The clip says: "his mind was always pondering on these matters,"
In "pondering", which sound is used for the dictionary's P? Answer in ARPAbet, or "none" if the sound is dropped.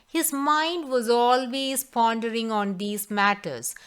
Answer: P